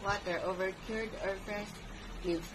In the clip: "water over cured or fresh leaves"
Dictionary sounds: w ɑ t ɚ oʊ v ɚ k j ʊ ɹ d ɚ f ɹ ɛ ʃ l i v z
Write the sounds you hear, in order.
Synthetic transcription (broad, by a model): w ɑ t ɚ oʊ v ɚ k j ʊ ɹ d ɚ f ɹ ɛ s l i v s